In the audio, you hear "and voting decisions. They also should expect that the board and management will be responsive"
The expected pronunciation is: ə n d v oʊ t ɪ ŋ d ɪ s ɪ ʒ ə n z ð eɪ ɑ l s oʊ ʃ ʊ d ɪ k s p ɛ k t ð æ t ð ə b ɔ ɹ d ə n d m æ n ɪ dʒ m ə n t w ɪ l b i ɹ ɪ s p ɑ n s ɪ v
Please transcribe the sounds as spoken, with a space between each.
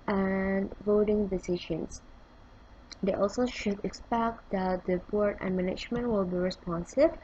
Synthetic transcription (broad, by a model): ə n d v oʊ t ɪ ŋ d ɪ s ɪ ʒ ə n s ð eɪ ɑ l s oʊ ʃ ʊ d ɪ k s p ɛ k t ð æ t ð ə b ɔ ɹ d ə n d m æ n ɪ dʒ m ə n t w ɪ l b i ɹ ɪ s p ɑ n s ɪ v